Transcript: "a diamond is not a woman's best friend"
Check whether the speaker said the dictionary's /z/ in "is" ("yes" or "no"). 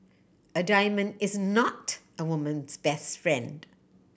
yes